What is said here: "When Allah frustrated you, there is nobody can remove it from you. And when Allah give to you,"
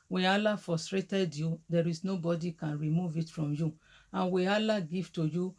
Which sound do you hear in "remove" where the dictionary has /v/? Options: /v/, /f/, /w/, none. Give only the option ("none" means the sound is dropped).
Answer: /v/